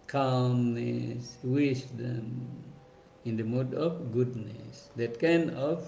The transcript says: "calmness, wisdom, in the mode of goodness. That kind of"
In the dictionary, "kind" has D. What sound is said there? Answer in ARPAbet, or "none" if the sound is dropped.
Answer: none